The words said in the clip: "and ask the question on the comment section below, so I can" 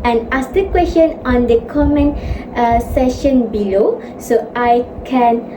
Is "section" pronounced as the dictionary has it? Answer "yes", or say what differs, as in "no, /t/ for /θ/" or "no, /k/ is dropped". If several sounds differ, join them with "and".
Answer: no, /k/ is dropped